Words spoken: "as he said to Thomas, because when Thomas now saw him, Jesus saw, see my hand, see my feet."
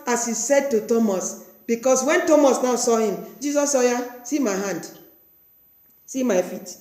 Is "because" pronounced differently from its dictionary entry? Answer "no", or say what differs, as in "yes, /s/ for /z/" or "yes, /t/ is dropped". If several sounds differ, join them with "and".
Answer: yes, /s/ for /z/